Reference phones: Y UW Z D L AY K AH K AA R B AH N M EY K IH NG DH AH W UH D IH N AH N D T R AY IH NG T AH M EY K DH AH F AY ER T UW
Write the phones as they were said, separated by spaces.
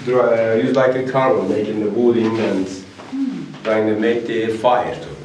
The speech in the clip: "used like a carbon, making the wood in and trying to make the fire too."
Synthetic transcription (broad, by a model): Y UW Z L AY K AH K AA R AH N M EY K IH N DH AH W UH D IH L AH N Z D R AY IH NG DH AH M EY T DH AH F AY ER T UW